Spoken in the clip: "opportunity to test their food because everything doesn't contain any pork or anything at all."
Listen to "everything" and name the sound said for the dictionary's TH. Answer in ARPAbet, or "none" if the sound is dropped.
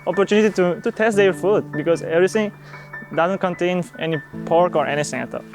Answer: T